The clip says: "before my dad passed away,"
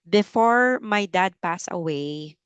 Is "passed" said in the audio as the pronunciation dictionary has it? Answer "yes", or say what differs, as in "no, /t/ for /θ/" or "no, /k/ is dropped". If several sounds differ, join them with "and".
no, /t/ is dropped